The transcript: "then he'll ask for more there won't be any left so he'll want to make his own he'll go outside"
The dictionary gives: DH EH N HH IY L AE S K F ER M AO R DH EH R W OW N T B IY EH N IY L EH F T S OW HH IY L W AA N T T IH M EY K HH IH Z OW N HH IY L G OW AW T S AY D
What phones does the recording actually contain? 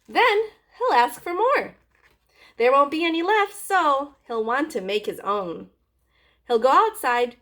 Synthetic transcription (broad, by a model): DH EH N HH IY L AE S K F ER M AO R DH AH R W OW N T B IY EH N IY L EH F T S OW HH IY L W AA N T T IH M EY K HH IH Z OW N HH IY L G OW AW T S AY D